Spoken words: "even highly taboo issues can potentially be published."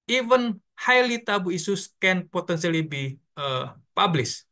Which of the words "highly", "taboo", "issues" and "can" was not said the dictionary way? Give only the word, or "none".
issues